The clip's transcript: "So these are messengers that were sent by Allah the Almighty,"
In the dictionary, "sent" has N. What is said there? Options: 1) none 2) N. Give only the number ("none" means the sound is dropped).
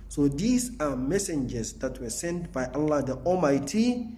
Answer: 2